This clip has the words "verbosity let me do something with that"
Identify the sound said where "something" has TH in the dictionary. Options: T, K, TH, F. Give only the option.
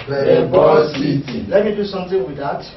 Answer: T